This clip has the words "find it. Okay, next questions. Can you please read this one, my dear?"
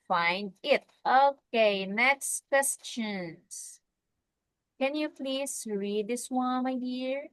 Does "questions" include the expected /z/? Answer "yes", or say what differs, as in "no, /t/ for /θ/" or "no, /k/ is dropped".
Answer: no, /s/ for /z/